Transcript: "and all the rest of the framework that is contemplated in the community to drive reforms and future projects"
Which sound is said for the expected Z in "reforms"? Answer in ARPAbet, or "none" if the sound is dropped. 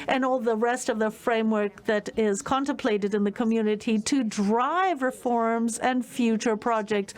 Z